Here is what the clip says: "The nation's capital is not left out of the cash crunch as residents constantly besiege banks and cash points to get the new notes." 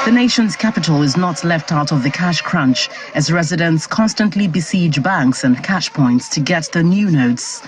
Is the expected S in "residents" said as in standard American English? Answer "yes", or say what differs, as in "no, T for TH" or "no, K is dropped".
yes